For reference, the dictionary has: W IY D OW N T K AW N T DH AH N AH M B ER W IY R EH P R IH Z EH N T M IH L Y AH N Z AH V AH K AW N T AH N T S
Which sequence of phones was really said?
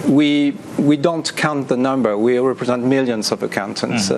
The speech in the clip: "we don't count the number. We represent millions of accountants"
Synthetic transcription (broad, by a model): W IY D OW N T K AW N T DH AH N AH M B ER W IY R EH P R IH Z EH N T M IH L Y AH N Z AH V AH K AW N T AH N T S